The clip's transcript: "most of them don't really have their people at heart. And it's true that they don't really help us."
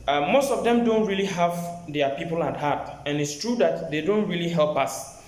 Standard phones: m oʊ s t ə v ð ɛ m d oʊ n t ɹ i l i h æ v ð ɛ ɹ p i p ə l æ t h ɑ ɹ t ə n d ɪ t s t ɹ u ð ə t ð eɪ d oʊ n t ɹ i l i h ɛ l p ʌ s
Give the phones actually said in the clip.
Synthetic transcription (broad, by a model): m oʊ s t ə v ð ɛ m d oʊ n t ɹ i l i h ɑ v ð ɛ p i p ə l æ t h ɑ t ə n ɪ t s t ɹ u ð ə t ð eɪ d oʊ n t ɹ i l i h ɛ l p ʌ s